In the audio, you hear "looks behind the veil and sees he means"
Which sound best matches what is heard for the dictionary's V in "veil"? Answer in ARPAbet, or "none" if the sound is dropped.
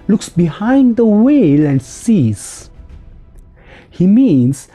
W